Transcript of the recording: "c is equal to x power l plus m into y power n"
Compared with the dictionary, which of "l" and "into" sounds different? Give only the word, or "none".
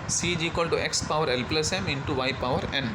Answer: none